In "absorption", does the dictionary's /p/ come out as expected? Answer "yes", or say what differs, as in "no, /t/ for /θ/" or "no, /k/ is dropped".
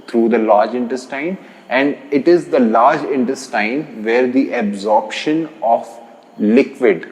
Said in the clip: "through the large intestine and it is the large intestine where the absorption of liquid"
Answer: yes